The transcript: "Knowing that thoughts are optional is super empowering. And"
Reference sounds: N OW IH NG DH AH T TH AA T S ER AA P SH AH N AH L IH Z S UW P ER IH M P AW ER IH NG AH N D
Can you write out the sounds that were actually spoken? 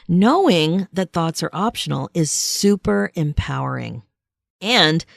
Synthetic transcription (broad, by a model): N OW IH NG DH AH T TH AA T S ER AA P SH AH N L IH Z S UW P ER IH M P AW ER IH NG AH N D